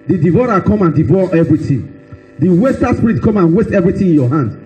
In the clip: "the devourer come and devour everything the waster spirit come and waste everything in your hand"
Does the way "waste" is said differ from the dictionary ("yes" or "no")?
no